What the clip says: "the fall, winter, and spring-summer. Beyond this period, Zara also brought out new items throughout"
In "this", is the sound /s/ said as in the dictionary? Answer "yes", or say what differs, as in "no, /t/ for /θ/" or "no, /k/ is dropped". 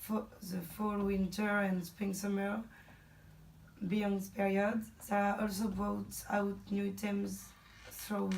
no, /s/ is dropped